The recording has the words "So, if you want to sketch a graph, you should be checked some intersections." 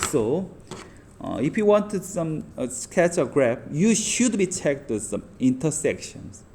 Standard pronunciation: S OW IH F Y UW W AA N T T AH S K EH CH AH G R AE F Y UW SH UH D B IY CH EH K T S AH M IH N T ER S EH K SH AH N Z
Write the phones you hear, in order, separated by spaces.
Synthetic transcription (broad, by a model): S OW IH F Y UW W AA N T S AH S K EH CH AH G R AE P Y UW SH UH D B IY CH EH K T S AH M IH N T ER S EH K SH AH N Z